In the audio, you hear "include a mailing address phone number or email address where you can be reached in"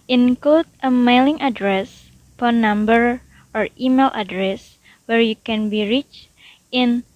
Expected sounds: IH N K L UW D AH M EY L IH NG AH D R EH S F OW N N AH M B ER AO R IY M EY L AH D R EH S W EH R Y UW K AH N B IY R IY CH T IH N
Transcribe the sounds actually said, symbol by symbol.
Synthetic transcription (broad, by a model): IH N K L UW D AH M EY L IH NG AH D R EH S P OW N N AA M B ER AO R IY M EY L AH D R EH S W EH R Y UW K AH N B IY R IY CH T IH N